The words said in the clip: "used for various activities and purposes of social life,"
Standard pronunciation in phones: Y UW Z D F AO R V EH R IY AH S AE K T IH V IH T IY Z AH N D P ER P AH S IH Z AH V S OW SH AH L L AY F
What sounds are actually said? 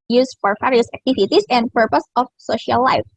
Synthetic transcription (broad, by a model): Y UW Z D F AO R F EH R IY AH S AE K T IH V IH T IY S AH N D P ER P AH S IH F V S OW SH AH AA L AY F